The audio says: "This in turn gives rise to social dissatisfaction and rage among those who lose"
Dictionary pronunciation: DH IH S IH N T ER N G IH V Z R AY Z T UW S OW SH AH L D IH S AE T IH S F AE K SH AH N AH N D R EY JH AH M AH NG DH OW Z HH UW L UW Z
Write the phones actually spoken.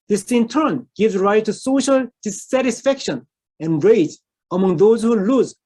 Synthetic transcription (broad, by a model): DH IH S IH N T ER N G IH V Z R AY T UW S OW SH AH L D IH S AE T IH S F AE K SH AH N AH N R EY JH AH M AH NG DH OW Z HH UW L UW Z